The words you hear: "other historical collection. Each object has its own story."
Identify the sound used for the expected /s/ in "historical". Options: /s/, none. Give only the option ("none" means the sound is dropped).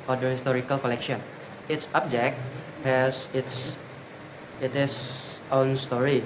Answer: /s/